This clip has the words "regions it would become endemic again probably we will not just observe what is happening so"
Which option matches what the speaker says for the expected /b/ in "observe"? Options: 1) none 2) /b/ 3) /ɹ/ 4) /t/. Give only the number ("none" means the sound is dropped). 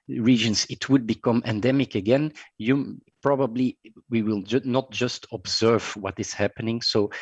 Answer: 2